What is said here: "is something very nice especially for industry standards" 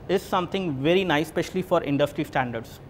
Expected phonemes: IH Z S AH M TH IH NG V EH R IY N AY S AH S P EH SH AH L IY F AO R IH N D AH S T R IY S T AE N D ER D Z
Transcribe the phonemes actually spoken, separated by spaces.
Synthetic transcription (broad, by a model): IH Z S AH M T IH NG V EH R IY N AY AH S P EH SH AH L IY F AO R IH N D AH S T R IY S T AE N D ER D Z